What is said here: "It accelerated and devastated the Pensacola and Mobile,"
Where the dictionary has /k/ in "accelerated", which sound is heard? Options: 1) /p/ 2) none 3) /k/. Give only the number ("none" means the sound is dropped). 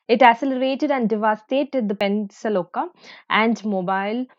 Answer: 2